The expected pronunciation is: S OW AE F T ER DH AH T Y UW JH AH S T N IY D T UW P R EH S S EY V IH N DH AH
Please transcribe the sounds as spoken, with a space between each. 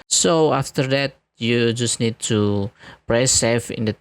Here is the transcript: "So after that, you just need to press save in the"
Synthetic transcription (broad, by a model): S OW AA F T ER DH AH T Y UW JH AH S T N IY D T UW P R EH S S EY F IH N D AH